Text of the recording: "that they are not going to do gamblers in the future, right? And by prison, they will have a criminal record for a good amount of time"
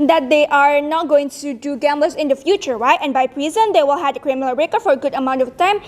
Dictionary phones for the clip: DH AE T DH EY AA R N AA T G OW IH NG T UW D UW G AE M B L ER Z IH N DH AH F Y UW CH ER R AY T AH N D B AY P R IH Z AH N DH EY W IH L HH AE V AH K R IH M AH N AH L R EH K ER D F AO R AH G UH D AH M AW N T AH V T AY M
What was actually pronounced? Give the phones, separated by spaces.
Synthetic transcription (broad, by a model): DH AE T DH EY AA R N AA T G OW IH NG T UW D UW G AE M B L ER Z IH N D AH F Y UW CH ER R AY T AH N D B AY P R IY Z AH N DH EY W IH L HH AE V AH K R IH M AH L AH R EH K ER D F AO R AH G UH D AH M AW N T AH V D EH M